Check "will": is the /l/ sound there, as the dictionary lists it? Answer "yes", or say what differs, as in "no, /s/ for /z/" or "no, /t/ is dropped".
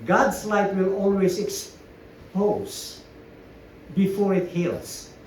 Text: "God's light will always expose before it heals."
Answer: yes